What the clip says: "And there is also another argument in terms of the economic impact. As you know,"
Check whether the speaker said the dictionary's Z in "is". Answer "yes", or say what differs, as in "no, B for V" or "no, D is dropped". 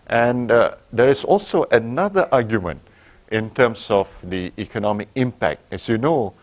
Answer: no, S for Z